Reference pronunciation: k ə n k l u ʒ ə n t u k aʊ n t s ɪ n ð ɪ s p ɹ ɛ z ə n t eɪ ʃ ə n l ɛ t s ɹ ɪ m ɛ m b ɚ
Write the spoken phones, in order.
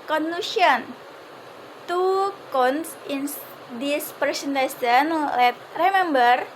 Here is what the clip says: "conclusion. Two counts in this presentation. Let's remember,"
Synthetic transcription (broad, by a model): k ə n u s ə n t u k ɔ n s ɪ n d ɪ s p ɹ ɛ s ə n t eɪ s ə n l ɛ t ɹ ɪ m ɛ m b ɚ